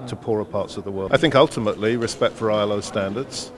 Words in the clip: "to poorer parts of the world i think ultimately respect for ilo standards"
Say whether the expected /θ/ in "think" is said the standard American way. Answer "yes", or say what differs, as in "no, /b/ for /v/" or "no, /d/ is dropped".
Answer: yes